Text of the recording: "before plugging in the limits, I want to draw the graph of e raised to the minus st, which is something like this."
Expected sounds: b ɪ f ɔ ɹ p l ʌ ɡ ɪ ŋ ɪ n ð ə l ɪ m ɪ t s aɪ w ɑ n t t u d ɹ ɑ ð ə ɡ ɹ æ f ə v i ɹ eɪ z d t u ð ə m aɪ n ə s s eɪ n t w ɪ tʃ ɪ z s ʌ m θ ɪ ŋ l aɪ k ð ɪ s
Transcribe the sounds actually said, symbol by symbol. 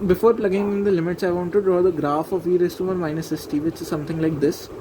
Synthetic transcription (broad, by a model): b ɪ f ɔ ɹ p l ʌ ɡ ɪ ŋ ɪ n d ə l ɪ m ɪ t s aɪ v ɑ n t t u d ɹ ɑ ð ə ɡ ɹ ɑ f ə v i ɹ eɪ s t u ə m aɪ n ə s s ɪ t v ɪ tʃ ɪ z s ʌ m t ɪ ŋ l aɪ k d ɪ s